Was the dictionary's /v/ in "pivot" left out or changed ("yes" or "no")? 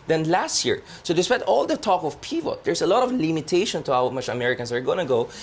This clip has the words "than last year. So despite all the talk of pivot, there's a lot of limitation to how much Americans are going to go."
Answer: yes